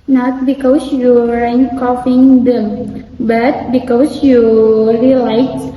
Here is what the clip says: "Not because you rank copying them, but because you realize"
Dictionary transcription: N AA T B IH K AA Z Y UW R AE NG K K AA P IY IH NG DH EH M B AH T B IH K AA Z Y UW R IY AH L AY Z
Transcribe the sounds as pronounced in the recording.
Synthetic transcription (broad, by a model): N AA T B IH K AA S Y UW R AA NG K K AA F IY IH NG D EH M B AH T B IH K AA S Y UW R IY L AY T